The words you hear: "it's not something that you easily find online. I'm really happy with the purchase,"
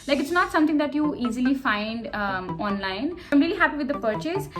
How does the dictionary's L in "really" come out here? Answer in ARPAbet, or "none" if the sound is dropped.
L